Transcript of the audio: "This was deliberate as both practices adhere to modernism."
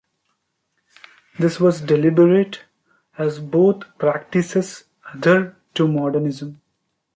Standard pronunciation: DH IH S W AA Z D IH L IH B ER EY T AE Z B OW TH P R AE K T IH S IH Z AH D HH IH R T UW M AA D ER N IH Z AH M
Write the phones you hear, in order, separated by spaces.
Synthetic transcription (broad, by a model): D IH S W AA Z D IH L IH B ER EY T AE Z B OW T P R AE K T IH S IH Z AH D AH R T UW M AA D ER N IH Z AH M